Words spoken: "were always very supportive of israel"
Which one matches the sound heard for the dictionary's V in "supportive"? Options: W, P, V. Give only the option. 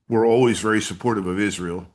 V